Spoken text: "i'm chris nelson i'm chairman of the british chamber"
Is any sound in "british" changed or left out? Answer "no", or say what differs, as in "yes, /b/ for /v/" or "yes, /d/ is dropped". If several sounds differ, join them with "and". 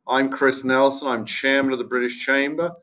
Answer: no